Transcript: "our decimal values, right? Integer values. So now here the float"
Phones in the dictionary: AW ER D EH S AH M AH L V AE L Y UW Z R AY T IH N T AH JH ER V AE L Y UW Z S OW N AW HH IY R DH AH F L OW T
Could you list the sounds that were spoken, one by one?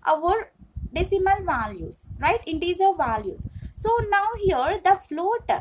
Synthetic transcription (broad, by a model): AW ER D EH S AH M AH L V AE L Y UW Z R AY T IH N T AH Z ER V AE L Y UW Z S OW N AW HH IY R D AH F L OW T